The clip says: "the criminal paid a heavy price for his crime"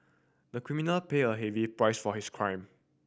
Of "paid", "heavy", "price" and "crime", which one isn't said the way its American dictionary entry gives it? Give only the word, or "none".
paid